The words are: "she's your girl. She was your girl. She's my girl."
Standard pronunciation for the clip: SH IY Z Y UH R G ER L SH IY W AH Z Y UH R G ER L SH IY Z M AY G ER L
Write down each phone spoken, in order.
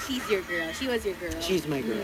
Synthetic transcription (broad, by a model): SH IY Z Y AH R G ER L SH IY W AH Z Y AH R G ER L SH IY Z M AY G ER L